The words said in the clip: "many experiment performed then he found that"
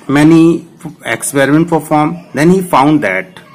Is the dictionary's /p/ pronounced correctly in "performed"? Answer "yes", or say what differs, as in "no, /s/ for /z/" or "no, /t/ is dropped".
no, /f/ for /p/